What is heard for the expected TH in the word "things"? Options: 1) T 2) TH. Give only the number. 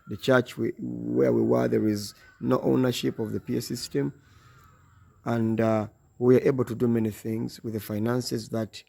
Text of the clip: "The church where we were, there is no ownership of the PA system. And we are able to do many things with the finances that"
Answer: 2